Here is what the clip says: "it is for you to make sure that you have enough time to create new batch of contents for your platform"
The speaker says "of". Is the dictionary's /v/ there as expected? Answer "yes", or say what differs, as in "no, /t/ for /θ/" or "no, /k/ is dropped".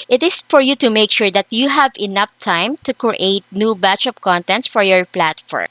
no, /p/ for /v/